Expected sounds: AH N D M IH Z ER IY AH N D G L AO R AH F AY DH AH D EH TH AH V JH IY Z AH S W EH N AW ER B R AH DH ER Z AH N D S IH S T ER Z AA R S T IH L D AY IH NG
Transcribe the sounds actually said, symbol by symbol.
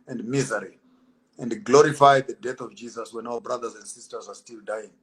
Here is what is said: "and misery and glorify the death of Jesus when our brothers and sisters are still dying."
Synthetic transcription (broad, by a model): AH N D M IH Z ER IY AH N D G L AO R AH F AY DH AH D EH TH AH V JH IY Z AH S W EH N AW ER B R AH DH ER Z AH N D S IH S T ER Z AA R S T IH L D AY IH NG